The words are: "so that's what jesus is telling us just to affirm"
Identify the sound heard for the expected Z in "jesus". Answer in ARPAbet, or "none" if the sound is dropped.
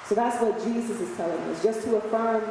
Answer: Z